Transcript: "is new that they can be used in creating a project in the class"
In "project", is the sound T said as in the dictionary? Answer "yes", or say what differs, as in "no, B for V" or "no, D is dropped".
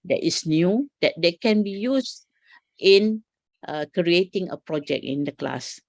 no, T is dropped